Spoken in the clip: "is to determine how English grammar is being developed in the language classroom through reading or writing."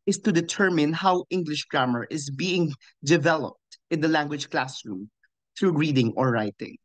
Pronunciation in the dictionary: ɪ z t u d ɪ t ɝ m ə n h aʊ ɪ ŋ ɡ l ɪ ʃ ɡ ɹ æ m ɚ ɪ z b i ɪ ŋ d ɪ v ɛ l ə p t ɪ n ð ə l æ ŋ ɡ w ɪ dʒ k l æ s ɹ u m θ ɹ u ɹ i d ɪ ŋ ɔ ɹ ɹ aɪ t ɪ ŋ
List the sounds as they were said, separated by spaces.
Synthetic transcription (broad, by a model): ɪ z t u d ɪ t ɝ m ə n h aʊ ɪ ŋ ɡ l ɪ ʃ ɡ ɹ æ m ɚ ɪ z b i ɪ ŋ d ɪ v ɛ l ə p t ɪ n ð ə l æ ŋ ɡ w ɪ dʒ k l æ s ɹ u m θ ɹ u ɹ i d ɪ ŋ ɔ ɹ ɹ aɪ t ɪ ŋ